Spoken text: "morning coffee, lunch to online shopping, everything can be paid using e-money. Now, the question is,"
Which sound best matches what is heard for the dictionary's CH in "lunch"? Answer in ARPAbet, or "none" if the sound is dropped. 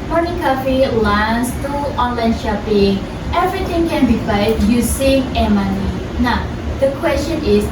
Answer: S